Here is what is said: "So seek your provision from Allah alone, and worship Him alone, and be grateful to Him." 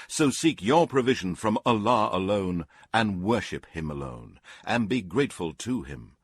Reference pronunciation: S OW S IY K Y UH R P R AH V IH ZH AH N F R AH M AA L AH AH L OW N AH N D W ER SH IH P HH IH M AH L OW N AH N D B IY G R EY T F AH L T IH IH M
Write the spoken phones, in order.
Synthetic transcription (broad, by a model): S OW S IY K Y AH R P R AH V IH ZH AH N F R AH M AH L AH AH L OW N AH N W ER SH IH P HH IH M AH L OW N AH N B IY G R EY T F AH L T IH IH M